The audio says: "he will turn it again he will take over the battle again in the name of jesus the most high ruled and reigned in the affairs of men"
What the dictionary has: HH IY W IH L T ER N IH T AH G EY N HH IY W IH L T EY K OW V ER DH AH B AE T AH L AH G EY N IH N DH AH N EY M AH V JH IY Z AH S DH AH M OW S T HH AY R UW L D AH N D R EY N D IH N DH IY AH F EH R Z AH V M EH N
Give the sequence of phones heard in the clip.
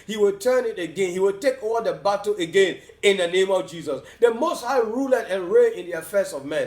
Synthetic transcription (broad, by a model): HH IY W IH L T ER N IH T AH G EY N HH IY W IH L T EY K OW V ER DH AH B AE T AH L AH G EY N IH N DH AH N EY M AH V JH IY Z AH S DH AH M OW S T HH AY R UW L AH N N R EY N IH N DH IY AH F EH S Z AH V M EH N